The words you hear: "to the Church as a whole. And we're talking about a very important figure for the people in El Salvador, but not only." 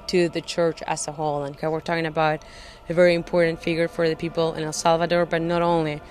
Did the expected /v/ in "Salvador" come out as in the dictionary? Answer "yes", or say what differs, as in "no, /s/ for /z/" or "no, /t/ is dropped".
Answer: yes